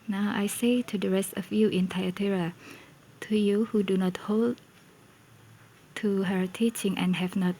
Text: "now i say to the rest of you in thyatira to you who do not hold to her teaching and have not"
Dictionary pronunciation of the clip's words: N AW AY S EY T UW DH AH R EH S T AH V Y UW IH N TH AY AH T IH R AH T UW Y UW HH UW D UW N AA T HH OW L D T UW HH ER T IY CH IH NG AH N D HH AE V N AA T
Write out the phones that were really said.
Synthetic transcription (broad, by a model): N AW AY S EY T UW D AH R EH S T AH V Y UW IH N T AY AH T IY R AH T UW Y UW HH UW D UW N AA T HH OW L D T UW HH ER T IY CH IH NG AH N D HH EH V N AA T